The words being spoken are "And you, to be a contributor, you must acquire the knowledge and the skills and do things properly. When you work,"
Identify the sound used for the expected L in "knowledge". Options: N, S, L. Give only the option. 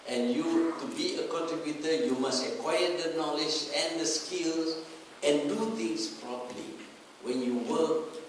L